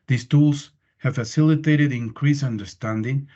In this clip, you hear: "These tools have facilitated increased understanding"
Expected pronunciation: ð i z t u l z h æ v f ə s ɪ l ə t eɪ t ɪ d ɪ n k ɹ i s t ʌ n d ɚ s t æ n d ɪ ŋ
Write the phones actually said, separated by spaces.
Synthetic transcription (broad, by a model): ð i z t u l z h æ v f ə s ɪ l ə t eɪ t ɪ d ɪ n k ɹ i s ʌ n d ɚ s t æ n d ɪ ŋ